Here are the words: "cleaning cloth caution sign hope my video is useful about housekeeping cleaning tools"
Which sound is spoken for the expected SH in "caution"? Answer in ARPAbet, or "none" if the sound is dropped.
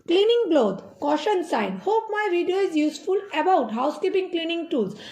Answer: SH